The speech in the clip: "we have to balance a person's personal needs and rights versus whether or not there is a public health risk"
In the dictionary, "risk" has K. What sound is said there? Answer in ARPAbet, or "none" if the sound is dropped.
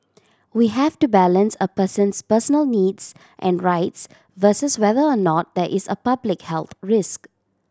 K